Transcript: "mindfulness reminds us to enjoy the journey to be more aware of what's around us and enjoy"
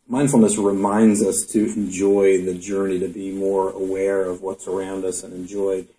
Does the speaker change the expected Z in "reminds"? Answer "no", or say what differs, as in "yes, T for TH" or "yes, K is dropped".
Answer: no